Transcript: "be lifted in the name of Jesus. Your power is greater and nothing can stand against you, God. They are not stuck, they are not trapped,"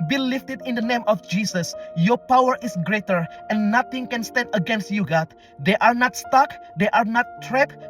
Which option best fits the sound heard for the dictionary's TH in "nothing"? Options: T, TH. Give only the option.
T